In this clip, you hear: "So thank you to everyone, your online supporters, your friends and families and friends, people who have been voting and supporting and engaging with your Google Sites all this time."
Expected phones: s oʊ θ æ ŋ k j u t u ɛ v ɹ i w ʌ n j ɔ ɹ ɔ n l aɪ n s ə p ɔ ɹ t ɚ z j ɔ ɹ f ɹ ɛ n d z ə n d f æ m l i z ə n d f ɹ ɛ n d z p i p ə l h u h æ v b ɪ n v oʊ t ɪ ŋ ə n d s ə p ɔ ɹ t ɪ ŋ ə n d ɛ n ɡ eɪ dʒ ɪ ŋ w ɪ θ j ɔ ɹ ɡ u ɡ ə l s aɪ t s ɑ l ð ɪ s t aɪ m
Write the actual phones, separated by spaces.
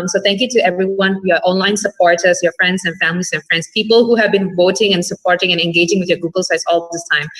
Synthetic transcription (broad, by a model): s oʊ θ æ ŋ k j u t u ɛ v ɹ i w ʌ n j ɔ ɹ ɔ n l aɪ n s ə p ɔ ɹ t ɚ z j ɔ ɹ f ɹ ɛ n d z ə n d f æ m l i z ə n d f ɹ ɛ n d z p i p ə l h u h æ v b ɪ n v oʊ t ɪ ŋ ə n s ə p ɔ ɹ t ɪ ŋ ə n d ɛ n ɡ eɪ dʒ ɪ ŋ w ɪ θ j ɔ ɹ ɡ u ɡ ə l s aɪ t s ɑ l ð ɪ s t aɪ m